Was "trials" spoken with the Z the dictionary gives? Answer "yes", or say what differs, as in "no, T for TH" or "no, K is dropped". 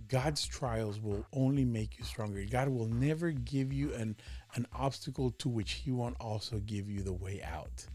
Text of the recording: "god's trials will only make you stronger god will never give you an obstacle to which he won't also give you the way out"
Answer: yes